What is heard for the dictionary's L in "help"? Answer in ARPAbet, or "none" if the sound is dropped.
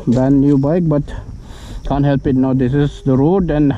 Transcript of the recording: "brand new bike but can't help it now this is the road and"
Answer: L